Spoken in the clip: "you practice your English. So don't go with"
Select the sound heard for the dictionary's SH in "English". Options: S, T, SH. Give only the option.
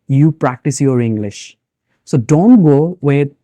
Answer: SH